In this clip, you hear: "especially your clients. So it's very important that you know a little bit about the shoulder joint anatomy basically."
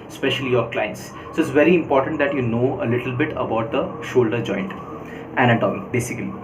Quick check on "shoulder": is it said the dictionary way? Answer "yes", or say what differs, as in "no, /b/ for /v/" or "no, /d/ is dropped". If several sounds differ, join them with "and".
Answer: yes